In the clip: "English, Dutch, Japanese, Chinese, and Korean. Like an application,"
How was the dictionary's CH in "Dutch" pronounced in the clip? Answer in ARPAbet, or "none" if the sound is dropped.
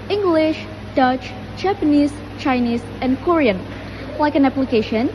CH